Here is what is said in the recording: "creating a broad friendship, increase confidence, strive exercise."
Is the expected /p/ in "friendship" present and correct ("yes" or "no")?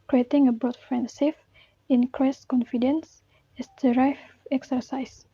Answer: no